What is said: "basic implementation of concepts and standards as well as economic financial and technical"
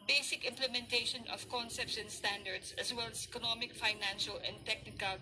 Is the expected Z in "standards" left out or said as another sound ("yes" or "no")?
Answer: yes